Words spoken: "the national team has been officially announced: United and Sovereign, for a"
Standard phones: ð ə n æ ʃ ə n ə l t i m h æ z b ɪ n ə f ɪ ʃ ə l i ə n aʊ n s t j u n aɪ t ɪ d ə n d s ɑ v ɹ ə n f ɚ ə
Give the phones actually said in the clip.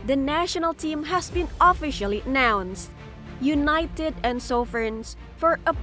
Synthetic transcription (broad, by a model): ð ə n æ ʃ ə n ə l t i m h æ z b ɪ n ə f ɪ ʃ ə l i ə n aʊ n s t j u n aɪ t ɪ d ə n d s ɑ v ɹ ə n f ɚ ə